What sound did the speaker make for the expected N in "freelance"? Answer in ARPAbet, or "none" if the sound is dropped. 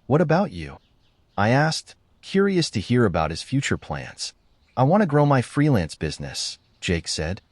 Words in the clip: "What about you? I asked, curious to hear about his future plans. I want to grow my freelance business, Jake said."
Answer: N